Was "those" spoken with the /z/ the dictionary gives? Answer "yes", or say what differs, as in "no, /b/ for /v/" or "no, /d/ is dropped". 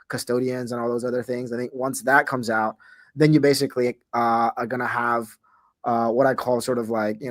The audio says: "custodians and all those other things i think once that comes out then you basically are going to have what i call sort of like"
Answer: yes